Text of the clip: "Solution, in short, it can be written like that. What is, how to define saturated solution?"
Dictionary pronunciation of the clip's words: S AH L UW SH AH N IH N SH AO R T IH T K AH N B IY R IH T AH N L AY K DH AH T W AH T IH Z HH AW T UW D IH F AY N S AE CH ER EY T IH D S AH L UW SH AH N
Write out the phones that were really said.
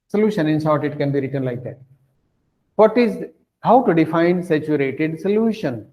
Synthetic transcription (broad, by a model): S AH L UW SH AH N IH N S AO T IH T K AH N B IY R IH T AH N L AY K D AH T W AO T IH Z HH AW T UW D IH F AY N S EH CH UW EY T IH D S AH L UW SH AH N